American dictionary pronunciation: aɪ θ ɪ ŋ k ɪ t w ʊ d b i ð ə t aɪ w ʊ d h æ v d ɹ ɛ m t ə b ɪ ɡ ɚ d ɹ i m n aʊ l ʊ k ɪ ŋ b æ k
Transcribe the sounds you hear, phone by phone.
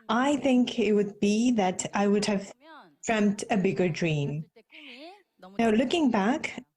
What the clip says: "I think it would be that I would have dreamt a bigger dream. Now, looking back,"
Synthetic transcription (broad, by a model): aɪ θ ɪ ŋ k ɪ t w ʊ d b i ð ə t aɪ w ʊ d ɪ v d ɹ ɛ m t ə b ɪ ɡ ɚ d ɹ i m n aʊ l ʊ k ɪ ŋ b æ k